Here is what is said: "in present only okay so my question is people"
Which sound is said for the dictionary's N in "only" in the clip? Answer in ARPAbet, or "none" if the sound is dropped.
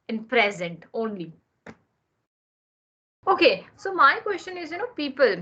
N